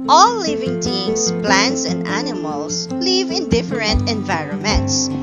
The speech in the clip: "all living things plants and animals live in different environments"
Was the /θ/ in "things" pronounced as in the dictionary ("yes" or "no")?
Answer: no